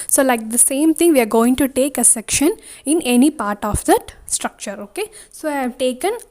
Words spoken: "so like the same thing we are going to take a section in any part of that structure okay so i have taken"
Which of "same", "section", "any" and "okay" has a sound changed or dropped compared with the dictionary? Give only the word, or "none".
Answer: none